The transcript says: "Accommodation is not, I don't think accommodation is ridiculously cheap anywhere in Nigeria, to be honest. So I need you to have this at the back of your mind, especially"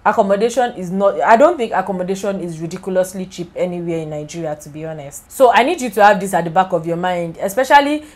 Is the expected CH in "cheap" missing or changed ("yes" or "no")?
no